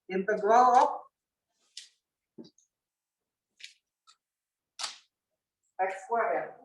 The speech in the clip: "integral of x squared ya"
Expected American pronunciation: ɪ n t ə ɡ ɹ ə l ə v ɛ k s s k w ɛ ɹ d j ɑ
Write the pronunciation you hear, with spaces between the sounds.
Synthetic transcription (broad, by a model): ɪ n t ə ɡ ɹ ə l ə p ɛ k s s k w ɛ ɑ